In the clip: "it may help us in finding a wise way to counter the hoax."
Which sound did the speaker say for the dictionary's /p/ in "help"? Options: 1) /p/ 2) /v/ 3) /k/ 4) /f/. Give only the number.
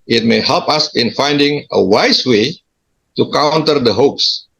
1